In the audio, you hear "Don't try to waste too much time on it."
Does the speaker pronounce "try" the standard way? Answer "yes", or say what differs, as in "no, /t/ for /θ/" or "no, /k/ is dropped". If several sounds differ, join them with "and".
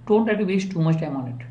no, /l/ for /ɹ/